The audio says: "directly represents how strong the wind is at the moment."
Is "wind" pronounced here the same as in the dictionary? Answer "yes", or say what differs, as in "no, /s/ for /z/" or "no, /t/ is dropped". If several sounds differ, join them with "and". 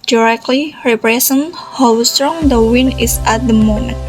no, /d/ is dropped